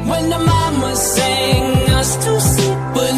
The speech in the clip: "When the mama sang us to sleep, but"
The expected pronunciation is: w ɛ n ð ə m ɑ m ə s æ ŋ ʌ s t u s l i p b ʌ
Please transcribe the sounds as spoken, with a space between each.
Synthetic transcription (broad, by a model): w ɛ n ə m ɑ m ə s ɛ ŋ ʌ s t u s i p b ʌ